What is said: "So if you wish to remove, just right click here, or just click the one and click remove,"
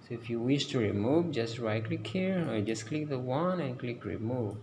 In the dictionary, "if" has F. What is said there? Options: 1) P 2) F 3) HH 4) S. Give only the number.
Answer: 2